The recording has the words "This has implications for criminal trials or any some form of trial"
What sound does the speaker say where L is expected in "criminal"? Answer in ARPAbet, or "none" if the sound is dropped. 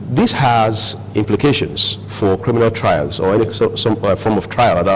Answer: L